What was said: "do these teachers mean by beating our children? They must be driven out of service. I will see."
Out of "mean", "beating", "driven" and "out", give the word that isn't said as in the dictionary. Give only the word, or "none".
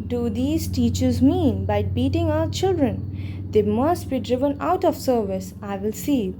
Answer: none